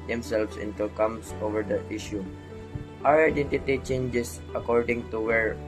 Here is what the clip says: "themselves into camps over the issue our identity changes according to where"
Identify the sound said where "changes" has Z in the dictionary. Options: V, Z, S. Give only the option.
S